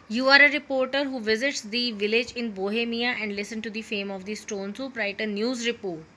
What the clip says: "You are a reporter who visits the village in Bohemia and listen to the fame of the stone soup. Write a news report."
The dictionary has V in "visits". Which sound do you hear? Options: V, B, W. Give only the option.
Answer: V